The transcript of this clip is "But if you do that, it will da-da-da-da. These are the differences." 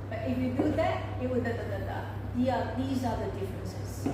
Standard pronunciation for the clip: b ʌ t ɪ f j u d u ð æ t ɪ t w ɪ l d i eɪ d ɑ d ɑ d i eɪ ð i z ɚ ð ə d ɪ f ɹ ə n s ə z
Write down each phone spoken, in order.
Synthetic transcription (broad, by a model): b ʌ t ɪ f j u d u ð æ t ɪ t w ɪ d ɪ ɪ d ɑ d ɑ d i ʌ ð i z ɚ ð ə d ɪ f ɹ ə n s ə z